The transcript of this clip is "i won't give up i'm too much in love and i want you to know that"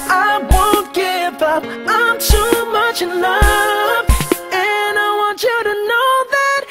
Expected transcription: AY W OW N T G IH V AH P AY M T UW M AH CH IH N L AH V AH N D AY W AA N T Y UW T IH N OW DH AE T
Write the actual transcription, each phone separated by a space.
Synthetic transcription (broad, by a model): AY W OW N T G IH V AH P AY M T UW M AH CH IH N AH F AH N AY W AA N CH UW T IH N OW DH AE T